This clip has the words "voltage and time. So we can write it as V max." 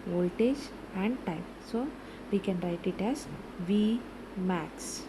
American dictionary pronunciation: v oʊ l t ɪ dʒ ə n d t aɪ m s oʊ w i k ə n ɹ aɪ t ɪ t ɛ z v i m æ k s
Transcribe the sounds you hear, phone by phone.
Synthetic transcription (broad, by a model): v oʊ l t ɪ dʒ ə n d t aɪ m s oʊ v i k ə n ɹ aɪ t ɪ t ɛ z v i m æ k s